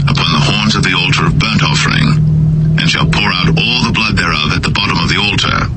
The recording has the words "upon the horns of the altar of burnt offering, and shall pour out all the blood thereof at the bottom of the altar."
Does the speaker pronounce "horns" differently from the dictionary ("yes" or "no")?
no